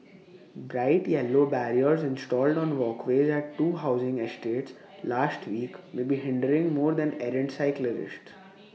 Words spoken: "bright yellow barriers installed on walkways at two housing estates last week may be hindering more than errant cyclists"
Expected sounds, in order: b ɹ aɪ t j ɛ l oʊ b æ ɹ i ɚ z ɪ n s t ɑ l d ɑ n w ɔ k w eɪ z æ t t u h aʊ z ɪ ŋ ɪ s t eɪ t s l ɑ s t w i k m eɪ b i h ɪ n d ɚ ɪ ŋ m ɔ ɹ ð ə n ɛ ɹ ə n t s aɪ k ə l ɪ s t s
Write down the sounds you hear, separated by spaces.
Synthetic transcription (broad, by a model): b ɹ aɪ t j ɛ l oʊ b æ ɹ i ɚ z ɪ n s t ɑ l d ɑ n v ɔ k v eɪ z æ t t u h aʊ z ɪ ŋ ɪ s t eɪ t s l ɑ s t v i k m eɪ b i h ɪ n d ɚ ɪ ŋ m ɔ ɹ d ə n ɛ ɹ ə n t s aɪ k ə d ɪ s t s